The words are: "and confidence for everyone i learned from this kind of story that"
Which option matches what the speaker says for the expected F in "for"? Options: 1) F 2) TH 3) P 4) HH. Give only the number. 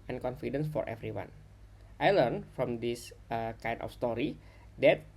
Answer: 1